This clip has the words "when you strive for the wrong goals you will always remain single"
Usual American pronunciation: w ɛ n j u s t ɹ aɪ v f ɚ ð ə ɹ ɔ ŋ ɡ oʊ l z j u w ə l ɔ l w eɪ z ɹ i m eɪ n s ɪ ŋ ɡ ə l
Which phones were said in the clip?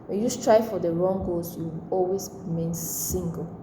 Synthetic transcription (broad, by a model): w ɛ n j u s t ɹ aɪ f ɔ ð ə ɹ ɔ ŋ ɡ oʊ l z j u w ɔ l w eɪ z ɹ i m eɪ n s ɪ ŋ ɡ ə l